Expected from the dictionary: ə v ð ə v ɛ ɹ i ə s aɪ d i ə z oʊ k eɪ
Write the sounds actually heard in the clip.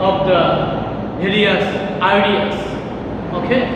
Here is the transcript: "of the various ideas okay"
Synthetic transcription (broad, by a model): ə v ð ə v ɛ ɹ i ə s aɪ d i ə s oʊ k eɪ